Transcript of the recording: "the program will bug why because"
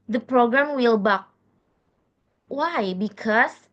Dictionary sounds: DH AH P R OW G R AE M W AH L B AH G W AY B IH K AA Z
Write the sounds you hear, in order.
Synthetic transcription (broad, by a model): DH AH P R OW G R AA M W AH L B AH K W AY B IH K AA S